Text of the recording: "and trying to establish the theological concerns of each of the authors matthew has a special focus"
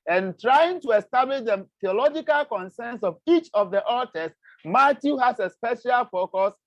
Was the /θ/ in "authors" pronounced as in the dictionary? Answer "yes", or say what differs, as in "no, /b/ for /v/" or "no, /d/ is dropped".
no, /t/ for /θ/